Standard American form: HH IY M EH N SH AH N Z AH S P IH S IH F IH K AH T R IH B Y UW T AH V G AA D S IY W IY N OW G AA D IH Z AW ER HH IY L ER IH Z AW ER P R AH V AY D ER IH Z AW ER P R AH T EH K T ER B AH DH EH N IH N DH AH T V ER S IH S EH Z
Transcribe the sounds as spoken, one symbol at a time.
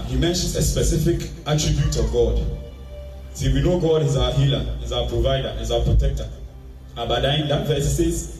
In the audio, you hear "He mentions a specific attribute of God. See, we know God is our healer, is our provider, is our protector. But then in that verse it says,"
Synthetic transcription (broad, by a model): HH IY M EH N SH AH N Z AH S P IH S IH F IH K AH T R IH B Y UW T AH V G AA D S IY W IY N OW G AA D IH Z AW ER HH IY L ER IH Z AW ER P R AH V AY D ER IH Z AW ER P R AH T EH K T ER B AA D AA IH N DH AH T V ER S IH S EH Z